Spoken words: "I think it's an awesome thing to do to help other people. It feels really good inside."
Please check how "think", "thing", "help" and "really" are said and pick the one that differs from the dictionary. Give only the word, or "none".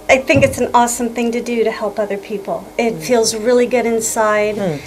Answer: none